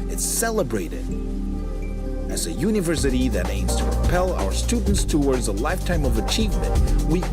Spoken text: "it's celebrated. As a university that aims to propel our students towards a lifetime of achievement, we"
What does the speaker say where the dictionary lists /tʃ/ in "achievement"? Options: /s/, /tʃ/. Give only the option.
/tʃ/